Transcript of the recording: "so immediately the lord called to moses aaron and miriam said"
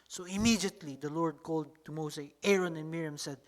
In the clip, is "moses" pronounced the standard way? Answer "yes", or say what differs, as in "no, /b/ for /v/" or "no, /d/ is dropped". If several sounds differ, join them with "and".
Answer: no, /s/ is dropped